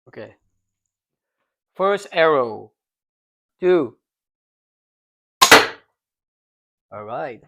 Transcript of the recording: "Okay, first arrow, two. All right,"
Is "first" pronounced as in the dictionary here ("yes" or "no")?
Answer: yes